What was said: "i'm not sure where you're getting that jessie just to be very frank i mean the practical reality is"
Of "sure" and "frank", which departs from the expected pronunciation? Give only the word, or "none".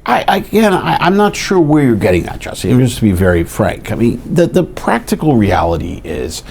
none